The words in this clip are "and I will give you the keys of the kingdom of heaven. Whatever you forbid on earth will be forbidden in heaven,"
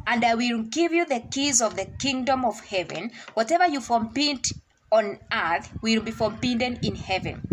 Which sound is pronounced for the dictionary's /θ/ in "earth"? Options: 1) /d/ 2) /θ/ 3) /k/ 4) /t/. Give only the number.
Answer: 2